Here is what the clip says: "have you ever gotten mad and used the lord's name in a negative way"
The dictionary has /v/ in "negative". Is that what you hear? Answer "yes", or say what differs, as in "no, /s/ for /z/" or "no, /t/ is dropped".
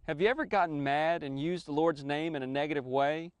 yes